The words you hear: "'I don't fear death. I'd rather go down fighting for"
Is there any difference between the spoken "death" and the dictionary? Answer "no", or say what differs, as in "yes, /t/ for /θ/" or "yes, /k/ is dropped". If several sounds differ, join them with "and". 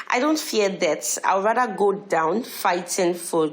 yes, /t/ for /θ/